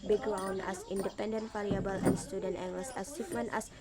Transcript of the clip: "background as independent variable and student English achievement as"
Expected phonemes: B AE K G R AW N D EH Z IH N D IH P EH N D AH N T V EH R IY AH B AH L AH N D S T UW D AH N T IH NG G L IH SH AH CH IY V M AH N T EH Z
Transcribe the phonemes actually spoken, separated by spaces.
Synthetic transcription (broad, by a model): B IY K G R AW N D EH S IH N D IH P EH N D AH N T F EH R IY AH B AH L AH N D S T UW D AH N T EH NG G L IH S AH S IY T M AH N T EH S